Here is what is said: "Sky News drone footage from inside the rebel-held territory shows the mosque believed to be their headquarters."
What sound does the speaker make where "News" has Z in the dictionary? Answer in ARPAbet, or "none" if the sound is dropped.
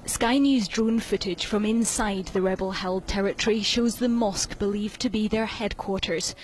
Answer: Z